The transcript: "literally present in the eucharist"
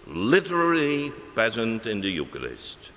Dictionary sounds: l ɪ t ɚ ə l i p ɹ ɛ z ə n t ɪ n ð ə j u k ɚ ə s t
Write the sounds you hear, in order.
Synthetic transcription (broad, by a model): l ɪ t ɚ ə l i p ɛ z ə n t ɪ n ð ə j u k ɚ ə s t